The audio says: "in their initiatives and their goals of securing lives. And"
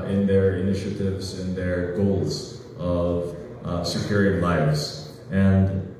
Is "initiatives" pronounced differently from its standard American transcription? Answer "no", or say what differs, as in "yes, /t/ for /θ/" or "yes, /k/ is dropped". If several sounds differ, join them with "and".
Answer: no